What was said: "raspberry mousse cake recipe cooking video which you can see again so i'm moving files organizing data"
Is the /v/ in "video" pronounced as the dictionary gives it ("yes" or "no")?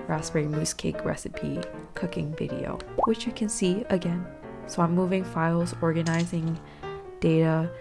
yes